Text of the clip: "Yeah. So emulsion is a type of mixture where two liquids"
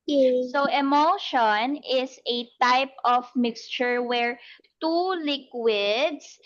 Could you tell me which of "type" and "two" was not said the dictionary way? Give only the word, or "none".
none